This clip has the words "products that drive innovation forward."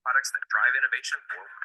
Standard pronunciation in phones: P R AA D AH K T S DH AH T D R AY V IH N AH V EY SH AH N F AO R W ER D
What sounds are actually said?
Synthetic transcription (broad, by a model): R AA D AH K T S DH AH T D R AY V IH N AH V EY SH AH N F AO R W